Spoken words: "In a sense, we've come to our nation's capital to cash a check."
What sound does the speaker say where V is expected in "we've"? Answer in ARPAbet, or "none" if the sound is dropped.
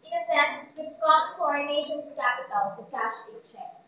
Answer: P